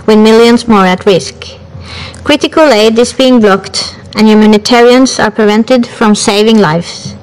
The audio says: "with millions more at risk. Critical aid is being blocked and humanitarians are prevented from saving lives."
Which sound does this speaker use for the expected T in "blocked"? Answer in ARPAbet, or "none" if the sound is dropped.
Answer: T